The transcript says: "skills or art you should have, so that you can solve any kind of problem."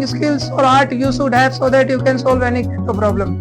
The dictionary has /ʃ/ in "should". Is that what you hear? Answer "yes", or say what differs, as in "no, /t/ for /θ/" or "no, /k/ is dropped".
no, /s/ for /ʃ/